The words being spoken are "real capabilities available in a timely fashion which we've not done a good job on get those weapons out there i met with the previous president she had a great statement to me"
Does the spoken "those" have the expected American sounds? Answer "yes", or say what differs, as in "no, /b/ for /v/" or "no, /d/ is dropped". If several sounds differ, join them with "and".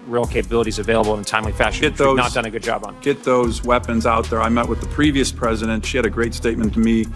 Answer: yes